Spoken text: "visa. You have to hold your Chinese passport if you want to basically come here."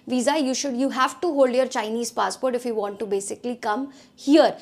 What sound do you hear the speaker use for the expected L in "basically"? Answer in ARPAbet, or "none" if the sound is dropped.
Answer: L